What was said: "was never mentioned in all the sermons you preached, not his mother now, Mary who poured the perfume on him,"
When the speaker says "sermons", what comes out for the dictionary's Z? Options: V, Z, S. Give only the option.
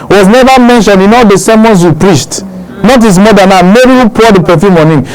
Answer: S